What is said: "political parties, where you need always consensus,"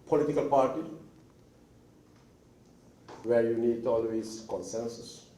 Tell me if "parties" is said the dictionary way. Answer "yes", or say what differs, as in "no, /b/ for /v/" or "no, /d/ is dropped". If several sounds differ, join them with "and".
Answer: no, /z/ is dropped